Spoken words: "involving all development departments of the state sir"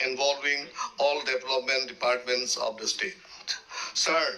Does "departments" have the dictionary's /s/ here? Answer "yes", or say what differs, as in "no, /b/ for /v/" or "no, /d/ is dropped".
yes